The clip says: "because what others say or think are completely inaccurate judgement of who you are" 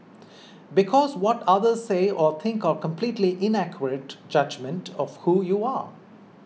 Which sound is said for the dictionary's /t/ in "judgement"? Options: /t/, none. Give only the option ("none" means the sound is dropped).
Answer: /t/